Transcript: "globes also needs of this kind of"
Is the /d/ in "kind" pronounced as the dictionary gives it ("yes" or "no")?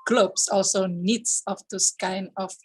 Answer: no